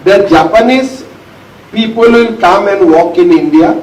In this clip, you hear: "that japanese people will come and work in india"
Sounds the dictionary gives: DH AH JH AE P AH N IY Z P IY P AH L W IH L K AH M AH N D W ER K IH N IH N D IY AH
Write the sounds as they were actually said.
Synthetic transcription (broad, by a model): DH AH JH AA P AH N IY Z P IY P AH L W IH N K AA M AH N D W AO K IH N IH N D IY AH